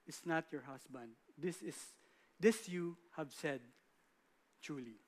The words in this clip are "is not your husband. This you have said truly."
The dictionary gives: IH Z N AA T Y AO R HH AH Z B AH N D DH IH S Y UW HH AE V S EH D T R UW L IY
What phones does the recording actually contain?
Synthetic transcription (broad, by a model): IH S N AA T Y AO R HH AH S B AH N D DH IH S Y UW HH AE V S EH D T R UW L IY